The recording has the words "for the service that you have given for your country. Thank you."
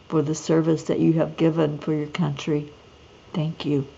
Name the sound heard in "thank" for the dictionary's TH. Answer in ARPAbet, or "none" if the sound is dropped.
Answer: TH